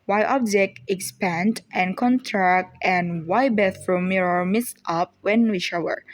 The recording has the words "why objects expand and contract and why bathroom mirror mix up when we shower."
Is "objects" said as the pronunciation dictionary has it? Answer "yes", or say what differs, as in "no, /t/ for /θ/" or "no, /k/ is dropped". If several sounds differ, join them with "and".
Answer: no, /s/ is dropped